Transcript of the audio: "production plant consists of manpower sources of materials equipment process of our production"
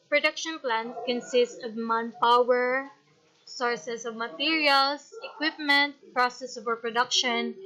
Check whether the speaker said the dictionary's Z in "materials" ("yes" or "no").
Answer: no